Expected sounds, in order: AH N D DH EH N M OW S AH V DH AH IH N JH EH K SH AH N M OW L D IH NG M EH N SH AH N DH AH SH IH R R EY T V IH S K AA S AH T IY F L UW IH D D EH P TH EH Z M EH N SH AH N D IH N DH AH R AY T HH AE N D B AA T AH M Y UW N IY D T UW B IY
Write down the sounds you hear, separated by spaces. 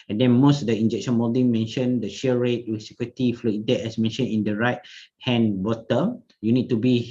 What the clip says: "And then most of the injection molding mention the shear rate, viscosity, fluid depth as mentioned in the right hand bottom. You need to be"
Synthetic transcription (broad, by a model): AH N D EH N M OW S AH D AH IH N JH EH K SH AH N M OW D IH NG M EH N SH AH N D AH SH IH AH R EY T W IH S IY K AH T IY F L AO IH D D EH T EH S M EH N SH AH N IH N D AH R AY T HH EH N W AA T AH Y UW N IY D T UW B IY